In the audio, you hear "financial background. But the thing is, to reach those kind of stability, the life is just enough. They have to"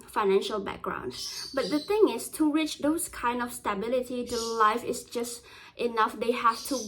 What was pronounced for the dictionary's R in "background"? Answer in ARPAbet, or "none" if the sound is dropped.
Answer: R